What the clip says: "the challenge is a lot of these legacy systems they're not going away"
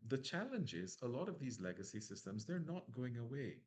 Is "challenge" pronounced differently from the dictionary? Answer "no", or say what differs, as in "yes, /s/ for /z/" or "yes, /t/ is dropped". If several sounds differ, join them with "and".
no